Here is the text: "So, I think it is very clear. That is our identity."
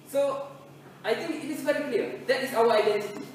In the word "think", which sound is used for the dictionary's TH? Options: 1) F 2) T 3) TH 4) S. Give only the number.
2